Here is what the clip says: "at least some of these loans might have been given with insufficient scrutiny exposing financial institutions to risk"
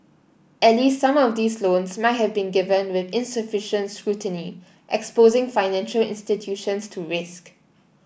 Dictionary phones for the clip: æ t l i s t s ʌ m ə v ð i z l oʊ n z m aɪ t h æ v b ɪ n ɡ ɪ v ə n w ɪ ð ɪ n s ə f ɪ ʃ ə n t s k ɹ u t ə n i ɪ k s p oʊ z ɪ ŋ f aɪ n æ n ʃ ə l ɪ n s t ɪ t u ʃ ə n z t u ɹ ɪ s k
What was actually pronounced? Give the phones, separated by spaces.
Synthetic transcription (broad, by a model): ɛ t l i s t s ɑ m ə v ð i s l oʊ n s m aɪ t h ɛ v b ɪ n ɡ ɪ v ə n w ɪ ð ɪ n s ə f ɪ ʃ ə n t s k ɹ u t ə n i ɪ k s p oʊ z ɪ ŋ f aɪ n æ n ʃ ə l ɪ n s t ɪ t u ʃ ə n s t u ɹ ɪ s k